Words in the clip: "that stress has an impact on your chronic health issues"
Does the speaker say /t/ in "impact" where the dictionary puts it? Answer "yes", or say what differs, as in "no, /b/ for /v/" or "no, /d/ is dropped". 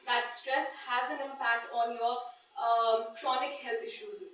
yes